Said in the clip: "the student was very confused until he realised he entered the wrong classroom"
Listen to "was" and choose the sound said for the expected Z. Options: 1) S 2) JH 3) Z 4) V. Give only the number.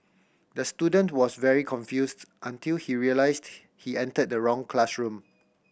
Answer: 1